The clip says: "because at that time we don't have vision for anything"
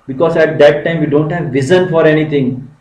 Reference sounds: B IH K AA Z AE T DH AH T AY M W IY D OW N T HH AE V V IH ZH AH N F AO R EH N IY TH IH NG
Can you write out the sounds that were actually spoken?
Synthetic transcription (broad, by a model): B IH K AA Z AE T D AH T AY M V IY D OW N T HH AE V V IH Z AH N F AO R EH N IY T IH NG